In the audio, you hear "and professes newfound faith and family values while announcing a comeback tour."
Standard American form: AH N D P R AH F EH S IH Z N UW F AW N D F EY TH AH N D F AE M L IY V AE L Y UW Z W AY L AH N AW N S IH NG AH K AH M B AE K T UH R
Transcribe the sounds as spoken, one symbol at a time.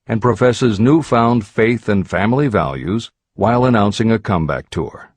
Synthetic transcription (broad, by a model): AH N P R AH F EH S IH Z N UW F AW N D F EY TH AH N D F AE M L IY V AE L Y UW Z W AY L AH N AW N S IH NG AH K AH M B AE K T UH R